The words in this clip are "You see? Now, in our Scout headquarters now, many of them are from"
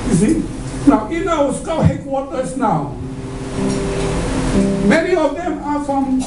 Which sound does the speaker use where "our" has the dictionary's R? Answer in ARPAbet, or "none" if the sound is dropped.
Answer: W